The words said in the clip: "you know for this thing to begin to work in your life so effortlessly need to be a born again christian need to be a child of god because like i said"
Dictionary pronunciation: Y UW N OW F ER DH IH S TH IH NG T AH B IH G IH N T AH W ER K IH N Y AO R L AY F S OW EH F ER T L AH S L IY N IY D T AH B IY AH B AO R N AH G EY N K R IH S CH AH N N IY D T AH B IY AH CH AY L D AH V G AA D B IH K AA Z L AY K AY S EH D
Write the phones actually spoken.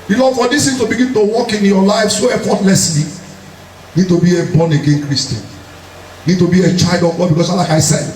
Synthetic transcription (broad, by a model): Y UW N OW F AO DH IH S T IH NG T AH B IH G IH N T AH W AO K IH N Y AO L AY F S OW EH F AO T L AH S L IY N IY D T AH B IY AH B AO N AH G EY N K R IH S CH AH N N IY D T AH B IY AH CH AY L D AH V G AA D B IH K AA S L AY K AY S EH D